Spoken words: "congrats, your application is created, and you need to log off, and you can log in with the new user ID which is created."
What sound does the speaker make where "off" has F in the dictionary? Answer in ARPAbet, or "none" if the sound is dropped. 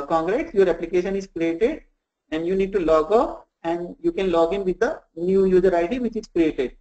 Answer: P